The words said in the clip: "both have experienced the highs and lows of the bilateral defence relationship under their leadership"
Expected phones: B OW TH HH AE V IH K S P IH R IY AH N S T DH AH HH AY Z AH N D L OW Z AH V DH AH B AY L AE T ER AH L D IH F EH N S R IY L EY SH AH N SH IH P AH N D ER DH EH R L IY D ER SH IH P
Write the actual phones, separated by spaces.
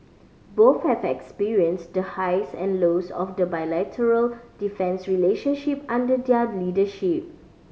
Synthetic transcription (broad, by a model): B OW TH HH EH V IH K S P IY R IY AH N S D AH HH AY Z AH N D L OW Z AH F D AH B AY L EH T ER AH L D IH F EH N S R IY L EY SH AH N SH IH P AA N D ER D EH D L IY D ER SH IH P